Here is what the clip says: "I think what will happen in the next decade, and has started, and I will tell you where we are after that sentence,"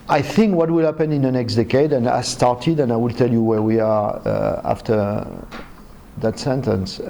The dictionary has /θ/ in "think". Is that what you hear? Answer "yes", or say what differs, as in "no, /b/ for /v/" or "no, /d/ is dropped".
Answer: yes